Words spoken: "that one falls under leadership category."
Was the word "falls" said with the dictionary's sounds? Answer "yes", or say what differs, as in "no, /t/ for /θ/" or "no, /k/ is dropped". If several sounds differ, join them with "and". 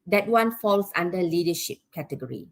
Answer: no, /s/ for /z/